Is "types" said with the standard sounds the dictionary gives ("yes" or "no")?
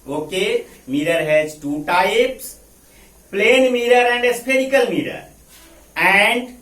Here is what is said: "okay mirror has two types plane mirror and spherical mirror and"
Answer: yes